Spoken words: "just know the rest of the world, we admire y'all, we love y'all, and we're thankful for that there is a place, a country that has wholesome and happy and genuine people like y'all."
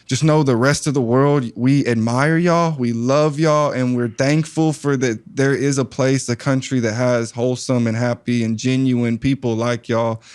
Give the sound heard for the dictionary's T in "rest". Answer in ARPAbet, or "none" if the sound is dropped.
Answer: T